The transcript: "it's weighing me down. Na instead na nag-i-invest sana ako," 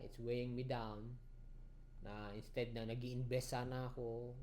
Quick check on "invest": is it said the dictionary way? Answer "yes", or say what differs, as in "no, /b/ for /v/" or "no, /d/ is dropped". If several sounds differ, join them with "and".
no, /b/ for /v/